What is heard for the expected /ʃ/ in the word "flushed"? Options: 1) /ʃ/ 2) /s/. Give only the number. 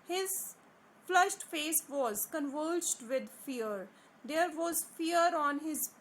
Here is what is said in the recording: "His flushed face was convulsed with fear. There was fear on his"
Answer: 1